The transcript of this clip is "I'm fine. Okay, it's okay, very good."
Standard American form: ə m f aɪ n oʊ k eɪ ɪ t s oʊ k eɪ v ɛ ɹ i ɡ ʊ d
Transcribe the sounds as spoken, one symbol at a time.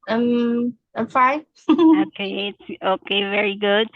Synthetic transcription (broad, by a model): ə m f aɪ oʊ k eɪ ɪ t s oʊ k eɪ v ɛ ɹ i ɡ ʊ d